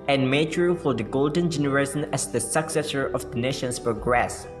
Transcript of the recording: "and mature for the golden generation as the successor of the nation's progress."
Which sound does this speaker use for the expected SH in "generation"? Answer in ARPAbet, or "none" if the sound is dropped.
S